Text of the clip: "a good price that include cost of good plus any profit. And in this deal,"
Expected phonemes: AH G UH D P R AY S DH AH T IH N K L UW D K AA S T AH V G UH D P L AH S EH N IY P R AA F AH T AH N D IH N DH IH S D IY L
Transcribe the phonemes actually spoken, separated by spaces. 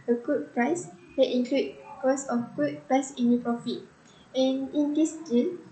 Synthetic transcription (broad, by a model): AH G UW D P R AY S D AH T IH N K L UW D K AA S AH F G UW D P EH S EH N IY P R AA F AH T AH N IH N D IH S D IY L